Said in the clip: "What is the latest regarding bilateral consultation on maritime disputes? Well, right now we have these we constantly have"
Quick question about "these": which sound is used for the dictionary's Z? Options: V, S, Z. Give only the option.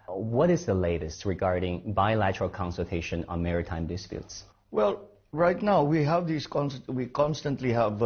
S